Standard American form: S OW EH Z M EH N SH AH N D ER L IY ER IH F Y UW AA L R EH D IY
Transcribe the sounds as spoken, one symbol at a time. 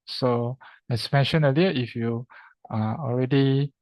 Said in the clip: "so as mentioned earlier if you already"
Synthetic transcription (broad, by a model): S OW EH S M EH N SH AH N ER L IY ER IH F Y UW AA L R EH D IY